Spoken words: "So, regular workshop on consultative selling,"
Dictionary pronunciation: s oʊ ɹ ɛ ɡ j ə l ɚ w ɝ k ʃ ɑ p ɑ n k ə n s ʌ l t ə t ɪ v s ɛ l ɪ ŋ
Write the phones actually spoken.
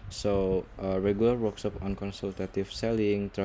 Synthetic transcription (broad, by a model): s oʊ ɹ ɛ ɡ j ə l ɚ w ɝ k s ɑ p ɑ n k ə n s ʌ l t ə t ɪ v s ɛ l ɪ ŋ